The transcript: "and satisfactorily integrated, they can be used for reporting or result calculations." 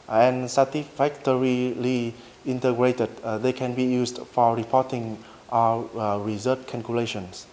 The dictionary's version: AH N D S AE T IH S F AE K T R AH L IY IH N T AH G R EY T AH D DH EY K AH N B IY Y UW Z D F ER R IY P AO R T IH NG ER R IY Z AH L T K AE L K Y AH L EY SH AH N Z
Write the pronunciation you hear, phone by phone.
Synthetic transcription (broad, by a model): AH N S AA T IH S F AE K T R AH L IY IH N T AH G R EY T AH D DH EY K AH N B IY Y UW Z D F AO R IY P AO T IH NG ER R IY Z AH T K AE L K Y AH L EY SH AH N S